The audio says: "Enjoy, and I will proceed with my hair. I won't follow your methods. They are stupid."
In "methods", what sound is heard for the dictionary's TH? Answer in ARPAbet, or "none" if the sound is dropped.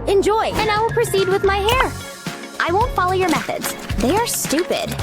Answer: TH